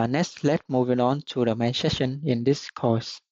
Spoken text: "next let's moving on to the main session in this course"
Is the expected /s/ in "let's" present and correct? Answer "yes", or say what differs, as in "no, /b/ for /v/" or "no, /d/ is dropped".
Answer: no, /s/ is dropped